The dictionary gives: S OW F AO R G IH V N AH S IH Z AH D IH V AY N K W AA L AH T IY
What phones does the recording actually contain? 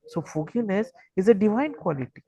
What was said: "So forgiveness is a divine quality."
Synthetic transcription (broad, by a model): S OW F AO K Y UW N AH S IH Z AH D IH V AY N K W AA L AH T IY